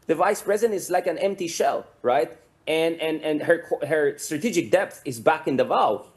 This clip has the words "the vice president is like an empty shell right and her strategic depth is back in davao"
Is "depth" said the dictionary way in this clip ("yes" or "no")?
yes